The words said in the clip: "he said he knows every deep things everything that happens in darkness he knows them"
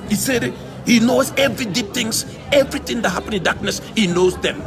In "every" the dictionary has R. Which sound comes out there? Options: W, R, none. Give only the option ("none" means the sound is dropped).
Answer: R